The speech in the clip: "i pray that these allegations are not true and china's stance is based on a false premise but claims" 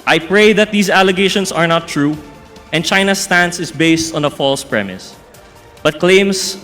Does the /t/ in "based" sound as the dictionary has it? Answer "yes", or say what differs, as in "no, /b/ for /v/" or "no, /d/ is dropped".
yes